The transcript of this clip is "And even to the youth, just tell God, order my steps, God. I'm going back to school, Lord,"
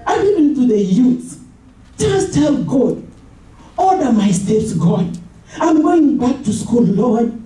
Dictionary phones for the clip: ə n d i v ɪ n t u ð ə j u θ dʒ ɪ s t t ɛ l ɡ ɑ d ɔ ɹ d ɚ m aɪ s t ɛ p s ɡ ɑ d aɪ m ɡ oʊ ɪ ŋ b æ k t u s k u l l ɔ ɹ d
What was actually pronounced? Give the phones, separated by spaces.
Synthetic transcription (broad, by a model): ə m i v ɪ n t u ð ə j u s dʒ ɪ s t t ɛ l ɡ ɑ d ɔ l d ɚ m aɪ s t ɛ p s ɡ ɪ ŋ aɪ m ɡ oʊ ɪ ŋ b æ k t u s k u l l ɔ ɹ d